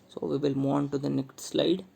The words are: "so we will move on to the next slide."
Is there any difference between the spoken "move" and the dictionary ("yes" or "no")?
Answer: yes